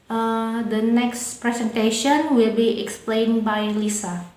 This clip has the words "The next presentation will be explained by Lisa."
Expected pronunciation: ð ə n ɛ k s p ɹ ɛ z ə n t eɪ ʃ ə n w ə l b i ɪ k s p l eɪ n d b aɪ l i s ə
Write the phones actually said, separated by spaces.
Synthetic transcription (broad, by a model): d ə n ɛ k s p ɹ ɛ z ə n t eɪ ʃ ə n w ə l b i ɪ k s p l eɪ n b aɪ l i s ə